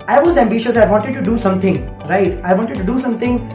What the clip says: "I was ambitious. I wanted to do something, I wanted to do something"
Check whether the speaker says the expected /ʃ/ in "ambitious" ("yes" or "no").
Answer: yes